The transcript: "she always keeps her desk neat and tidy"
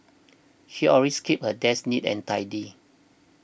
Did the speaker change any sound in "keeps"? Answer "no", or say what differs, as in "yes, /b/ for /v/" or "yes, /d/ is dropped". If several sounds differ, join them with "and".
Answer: yes, /s/ is dropped